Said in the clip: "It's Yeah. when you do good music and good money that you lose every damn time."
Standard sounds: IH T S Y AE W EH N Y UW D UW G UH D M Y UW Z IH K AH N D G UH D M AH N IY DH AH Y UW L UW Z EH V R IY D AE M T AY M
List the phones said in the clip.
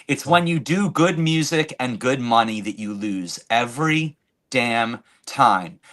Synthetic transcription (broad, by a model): IH T S W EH N Y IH D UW G UH D M Y UW Z IH K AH N G UH D M AH N IY DH AH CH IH L UW Z EH V R IY D AE M T AY M